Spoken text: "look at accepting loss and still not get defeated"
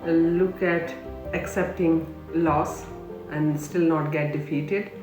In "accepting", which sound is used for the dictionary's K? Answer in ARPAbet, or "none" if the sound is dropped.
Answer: K